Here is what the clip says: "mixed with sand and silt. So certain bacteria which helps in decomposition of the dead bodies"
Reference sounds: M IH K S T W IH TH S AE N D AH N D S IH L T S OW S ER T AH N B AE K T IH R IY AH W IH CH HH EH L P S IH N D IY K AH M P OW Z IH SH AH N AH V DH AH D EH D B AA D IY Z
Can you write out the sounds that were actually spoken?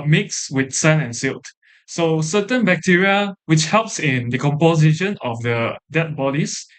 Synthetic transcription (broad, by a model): M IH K S W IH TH S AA N AH N S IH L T S OW S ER T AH N B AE K T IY R IY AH W IH CH HH EH L P S IH N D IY K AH M P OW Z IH SH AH N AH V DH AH D EH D B AA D IY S